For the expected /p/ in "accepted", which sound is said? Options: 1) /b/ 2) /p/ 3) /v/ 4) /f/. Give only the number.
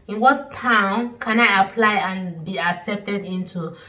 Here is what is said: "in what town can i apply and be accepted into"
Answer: 2